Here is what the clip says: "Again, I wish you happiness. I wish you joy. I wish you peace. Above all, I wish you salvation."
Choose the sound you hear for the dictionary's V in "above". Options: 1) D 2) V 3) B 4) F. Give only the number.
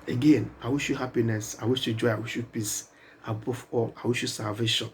4